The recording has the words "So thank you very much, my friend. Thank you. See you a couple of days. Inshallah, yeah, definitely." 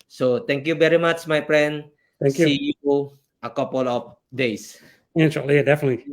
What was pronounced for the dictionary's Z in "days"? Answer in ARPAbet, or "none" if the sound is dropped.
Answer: S